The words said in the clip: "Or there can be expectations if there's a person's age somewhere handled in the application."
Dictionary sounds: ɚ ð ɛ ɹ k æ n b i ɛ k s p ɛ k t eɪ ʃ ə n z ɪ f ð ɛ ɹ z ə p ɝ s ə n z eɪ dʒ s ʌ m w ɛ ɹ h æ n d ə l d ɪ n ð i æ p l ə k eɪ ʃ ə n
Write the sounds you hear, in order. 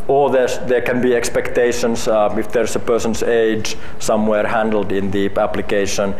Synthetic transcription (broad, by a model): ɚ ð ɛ ɹ k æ n b i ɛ k s p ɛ k t eɪ ʃ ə n s ɪ f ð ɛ ɹ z ə p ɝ s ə n s eɪ dʒ s ʌ m w ɛ ɹ h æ n d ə l d ɪ n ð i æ p l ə k eɪ ʃ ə n